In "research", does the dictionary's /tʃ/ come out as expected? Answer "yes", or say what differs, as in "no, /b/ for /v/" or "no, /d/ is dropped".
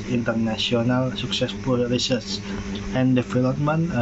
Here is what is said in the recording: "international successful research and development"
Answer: no, /s/ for /tʃ/